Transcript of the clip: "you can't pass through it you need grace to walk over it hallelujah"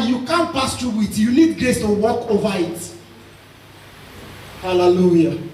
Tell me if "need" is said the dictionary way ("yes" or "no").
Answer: no